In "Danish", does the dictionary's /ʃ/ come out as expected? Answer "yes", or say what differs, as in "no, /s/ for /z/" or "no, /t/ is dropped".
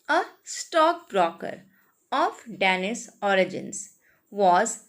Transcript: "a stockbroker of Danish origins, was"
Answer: no, /s/ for /ʃ/